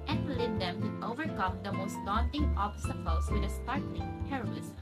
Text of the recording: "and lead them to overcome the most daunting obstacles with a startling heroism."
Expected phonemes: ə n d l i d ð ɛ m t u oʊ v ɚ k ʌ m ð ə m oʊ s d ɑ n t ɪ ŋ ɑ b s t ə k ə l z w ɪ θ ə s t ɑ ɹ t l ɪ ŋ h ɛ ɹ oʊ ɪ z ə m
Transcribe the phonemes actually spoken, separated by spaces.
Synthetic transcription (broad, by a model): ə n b l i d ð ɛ m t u oʊ v ɚ k ʌ m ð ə m oʊ s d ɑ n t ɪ ŋ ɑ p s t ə ə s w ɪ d ə s t ɑ ɹ t l ɪ ŋ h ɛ ɹ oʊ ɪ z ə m